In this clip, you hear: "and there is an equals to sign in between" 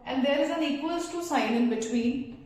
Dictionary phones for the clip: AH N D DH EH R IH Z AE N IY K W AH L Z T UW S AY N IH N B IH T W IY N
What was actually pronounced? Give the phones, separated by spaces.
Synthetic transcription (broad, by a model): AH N D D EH R IH Z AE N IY K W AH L S T UW S AY N IH N B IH T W IY N